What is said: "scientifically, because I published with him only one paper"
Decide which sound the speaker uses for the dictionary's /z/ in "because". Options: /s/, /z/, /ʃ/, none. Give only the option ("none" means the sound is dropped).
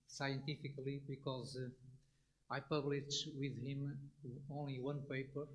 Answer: /z/